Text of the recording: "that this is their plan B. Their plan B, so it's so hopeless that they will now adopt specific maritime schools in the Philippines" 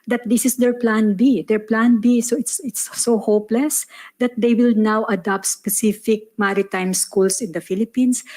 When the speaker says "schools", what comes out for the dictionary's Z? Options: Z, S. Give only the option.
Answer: S